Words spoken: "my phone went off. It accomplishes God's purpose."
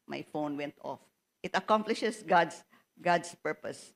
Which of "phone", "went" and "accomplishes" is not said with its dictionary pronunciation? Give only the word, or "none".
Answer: accomplishes